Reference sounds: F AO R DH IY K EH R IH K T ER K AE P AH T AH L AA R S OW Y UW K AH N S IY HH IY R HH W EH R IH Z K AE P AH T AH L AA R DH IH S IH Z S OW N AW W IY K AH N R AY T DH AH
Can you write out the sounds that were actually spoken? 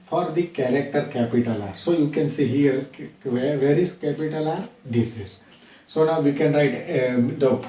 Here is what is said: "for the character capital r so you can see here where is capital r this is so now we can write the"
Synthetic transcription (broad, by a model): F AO R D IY K EH R IH K T ER K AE P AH T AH L AA R S OW Y UW K AH N S IY HH IY R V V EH R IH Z K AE P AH T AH L AA R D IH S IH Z S OW N AW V IY K AH N R AY T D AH